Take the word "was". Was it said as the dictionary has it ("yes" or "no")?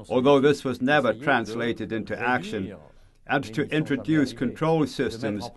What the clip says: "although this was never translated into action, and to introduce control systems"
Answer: yes